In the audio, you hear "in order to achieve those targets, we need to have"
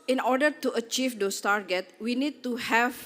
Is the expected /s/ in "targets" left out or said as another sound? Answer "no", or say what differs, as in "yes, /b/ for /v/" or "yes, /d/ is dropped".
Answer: yes, /s/ is dropped